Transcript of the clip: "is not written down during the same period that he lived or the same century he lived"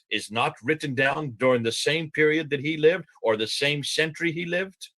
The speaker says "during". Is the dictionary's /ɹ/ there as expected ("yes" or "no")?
yes